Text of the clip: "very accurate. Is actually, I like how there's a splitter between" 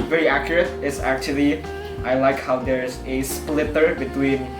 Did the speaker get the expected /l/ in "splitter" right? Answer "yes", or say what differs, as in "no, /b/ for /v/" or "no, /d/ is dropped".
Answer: yes